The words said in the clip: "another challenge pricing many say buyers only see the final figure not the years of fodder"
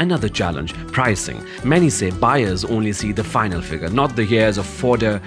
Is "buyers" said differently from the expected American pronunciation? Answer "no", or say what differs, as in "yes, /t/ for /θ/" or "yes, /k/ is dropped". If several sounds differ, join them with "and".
no